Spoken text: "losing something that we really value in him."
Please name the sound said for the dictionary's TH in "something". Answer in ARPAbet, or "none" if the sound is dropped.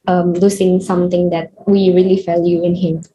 T